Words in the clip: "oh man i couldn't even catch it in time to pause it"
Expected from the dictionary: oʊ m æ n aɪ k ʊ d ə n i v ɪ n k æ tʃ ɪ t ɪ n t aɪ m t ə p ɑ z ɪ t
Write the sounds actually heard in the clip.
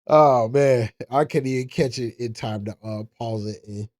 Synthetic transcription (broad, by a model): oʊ m æ n aɪ k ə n i v ɪ n k æ tʃ ɪ t ɪ n t aɪ m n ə p ɑ z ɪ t